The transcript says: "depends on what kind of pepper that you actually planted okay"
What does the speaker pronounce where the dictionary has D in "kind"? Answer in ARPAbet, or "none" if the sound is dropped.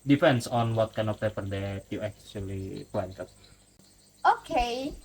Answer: none